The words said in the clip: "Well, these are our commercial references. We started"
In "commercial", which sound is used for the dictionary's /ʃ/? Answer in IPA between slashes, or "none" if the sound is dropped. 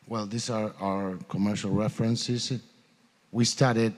/ʃ/